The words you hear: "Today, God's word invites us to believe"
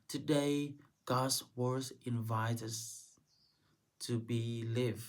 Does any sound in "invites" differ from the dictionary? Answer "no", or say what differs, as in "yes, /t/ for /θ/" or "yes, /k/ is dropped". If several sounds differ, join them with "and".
yes, /s/ is dropped